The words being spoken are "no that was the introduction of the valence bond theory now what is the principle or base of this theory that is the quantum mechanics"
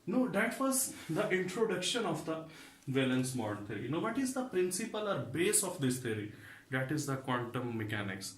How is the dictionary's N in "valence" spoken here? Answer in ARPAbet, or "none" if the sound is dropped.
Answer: N